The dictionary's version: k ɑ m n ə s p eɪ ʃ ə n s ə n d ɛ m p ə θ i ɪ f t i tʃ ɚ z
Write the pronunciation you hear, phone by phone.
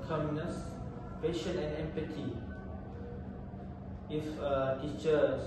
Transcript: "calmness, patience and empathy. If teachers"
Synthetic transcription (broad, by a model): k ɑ m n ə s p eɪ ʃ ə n ə n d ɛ m p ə t i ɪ f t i tʃ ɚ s